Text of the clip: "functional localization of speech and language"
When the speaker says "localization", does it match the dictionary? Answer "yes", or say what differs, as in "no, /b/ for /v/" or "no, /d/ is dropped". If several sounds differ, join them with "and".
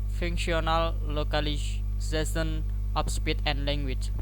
no, /s/ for /z/ and /s/ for /ʃ/